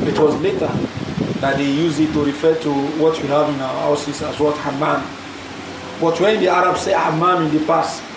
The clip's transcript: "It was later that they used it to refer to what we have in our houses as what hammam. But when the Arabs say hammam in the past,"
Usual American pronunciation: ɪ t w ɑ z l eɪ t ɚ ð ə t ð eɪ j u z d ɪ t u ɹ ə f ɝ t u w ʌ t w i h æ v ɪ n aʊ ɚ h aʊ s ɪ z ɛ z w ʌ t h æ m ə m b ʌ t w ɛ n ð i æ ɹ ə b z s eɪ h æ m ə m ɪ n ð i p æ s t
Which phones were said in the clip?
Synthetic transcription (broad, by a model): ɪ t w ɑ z l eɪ t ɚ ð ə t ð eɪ j u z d ɪ t u ɹ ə f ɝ t u w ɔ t w i h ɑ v ɪ n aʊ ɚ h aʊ s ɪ s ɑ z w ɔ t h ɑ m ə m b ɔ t w ɛ n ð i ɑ ɹ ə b s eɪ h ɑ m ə m ɪ n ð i p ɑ s t